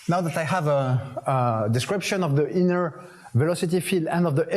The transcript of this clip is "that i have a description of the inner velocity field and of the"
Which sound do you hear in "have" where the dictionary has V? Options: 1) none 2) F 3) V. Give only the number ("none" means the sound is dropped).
3